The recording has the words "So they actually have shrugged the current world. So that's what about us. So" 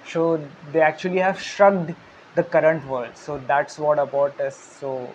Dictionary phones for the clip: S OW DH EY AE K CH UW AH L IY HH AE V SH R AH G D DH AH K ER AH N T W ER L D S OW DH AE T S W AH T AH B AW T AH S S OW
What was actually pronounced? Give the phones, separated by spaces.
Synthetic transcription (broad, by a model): S OW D EY AE K CH UW AH L IY HH AE V SH R AH G D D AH K ER AH N T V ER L D S OW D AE T S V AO T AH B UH T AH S S OW